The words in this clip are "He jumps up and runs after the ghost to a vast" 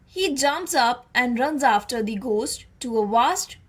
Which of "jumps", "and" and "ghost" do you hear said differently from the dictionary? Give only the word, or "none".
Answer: none